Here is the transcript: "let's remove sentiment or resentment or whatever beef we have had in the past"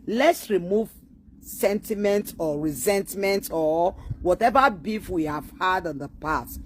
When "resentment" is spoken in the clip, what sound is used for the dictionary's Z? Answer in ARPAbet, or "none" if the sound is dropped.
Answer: Z